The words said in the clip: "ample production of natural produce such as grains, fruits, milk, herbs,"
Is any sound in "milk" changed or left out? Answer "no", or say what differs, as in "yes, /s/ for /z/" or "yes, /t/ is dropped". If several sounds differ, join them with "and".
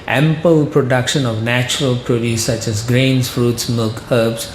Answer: no